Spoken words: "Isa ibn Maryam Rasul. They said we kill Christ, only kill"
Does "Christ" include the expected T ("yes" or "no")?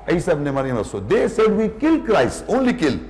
no